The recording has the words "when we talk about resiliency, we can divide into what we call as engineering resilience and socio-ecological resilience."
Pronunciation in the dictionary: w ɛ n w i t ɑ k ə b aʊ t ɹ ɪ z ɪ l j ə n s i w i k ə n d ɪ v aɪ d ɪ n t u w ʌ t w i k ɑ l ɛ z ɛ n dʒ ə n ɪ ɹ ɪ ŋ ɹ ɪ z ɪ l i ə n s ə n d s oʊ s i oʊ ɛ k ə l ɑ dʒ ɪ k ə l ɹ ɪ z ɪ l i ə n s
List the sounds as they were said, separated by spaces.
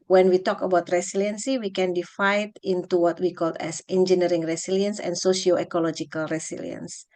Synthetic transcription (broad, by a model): w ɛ n w i t ɑ k ə b aʊ t ɹ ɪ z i l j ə n s i w i k ə n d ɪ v aɪ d ɪ n t u w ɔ t w i k ɑ l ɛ s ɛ n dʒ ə n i ɹ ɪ ŋ ɹ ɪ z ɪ l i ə n s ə n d s oʊ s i oʊ ɛ k ə l ɑ dʒ ɪ k ə l ɹ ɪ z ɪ l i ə n s